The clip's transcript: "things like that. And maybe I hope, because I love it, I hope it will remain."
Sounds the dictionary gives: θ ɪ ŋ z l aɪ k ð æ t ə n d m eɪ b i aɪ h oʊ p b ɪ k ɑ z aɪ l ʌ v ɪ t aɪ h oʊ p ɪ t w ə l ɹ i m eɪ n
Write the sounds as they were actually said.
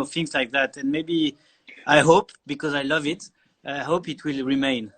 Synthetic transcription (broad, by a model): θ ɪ ŋ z l aɪ k ð æ t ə n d m eɪ b i aɪ h oʊ p b ɪ k ɑ z aɪ l ʌ v ɪ t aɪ h oʊ p ɪ t w ə l ɹ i m eɪ n